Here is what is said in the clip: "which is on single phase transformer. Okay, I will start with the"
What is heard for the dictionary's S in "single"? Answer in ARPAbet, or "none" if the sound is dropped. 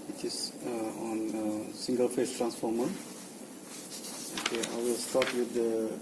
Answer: S